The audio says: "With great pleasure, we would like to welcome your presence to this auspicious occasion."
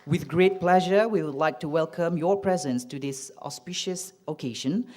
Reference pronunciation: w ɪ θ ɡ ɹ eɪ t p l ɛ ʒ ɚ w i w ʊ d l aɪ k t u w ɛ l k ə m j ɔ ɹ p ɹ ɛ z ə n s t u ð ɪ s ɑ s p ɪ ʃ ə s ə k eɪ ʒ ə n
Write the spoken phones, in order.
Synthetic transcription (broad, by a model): w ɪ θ ɡ ɹ eɪ t p l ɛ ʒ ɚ w i w ʊ d l aɪ k t u w ɛ l k ə m j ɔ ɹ p ɹ ɛ z ə n s t u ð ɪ s ɑ s p ɪ ʃ ə s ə k eɪ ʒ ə n